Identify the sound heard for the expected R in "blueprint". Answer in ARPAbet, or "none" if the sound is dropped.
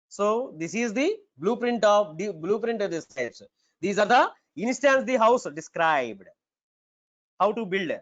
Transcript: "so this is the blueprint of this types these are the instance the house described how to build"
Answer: R